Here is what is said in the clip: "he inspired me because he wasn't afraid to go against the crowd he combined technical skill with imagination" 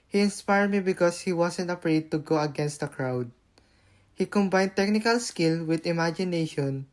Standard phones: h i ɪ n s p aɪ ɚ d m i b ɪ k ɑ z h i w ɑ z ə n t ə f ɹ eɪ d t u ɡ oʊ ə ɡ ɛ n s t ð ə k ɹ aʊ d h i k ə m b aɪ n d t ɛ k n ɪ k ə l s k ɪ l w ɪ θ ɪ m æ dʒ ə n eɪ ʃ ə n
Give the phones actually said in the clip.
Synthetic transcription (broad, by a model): h i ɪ n s p aɪ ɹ d m i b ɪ k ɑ s h i w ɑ s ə n t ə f ɹ eɪ d t u ɡ oʊ ə ɡ ɛ n s t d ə k ɹ aʊ d h i k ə m b aɪ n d t ɛ k n ɪ k ə l s k ɪ l w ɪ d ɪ m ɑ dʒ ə n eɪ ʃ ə n